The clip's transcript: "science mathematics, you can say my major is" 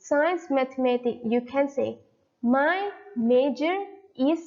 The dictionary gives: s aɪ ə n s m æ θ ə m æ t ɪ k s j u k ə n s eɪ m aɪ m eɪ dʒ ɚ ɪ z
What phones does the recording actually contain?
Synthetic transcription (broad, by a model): s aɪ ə n s m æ t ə m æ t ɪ k j u k ə n s eɪ m aɪ m eɪ dʒ ɚ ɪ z